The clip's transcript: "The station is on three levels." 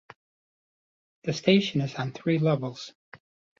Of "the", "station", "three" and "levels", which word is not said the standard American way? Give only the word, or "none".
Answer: none